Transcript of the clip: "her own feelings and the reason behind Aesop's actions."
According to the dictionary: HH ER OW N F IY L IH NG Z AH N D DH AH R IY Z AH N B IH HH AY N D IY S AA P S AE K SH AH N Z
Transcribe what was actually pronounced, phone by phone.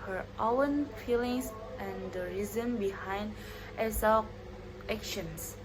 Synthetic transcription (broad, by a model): HH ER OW N F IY L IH NG S AH N D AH R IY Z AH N B IH HH AY N D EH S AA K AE K SH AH N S